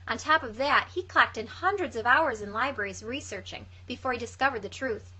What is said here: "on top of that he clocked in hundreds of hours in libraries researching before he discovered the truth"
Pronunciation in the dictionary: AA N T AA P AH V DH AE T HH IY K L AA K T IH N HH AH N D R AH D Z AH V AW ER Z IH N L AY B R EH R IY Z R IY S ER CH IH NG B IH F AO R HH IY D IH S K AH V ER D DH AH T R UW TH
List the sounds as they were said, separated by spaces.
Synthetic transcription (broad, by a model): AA N T AA P AH V DH AE T HH IY K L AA K T IH N HH AH N D R AH D Z AH V AW ER Z IH N L AY B R EH R IY Z R IY S ER CH IH NG B IH F AO R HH IY D IH S K AH V ER D DH AH T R UW TH